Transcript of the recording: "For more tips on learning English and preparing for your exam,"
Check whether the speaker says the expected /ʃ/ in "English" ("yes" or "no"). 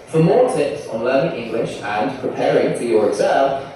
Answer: yes